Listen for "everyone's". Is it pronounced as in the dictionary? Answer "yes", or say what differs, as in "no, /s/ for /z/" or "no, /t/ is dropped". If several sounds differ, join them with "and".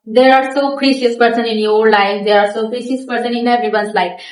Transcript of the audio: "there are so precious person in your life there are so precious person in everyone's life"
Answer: no, /ɹ/ is dropped